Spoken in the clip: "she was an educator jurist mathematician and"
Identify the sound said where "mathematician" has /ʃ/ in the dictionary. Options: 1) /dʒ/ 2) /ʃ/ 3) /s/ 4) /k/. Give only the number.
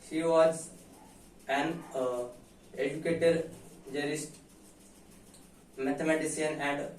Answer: 3